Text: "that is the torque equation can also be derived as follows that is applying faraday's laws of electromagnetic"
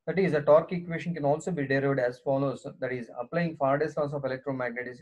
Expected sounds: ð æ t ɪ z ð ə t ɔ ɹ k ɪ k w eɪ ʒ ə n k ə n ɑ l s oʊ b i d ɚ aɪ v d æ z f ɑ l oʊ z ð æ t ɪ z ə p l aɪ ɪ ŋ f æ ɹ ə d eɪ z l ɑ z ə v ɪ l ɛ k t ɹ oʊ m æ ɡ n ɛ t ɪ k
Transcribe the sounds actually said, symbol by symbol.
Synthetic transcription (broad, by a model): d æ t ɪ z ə t ɔ ɹ k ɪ k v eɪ ʃ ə n k ə n ɑ l s oʊ b i d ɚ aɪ v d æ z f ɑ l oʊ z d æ t ɪ z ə p l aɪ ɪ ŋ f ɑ ɹ d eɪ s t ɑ s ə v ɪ l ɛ k t ɹ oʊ m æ ɡ n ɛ t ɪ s